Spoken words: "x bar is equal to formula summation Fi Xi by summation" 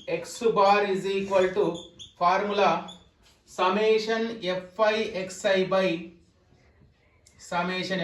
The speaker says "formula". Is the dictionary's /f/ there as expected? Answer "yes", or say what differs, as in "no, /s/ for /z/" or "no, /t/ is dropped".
no, /p/ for /f/